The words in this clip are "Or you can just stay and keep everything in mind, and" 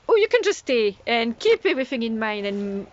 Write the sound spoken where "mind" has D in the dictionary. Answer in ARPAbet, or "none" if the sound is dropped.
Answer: none